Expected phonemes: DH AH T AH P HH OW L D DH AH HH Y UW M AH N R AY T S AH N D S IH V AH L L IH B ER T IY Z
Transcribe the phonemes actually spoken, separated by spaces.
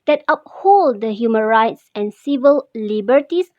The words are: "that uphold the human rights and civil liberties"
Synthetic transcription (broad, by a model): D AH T AH P HH OW L D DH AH HH Y UW M AH N R AY T S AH N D S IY V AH L L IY B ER T IY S